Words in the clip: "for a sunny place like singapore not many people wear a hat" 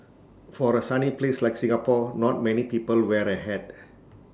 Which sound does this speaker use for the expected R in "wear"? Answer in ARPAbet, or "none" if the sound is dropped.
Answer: R